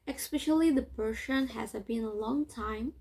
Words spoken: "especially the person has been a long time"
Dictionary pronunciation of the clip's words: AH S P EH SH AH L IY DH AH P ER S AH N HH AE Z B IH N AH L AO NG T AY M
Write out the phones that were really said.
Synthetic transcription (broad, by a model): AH S P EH SH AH L IY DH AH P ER SH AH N HH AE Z B IH N AH L AO NG T AY M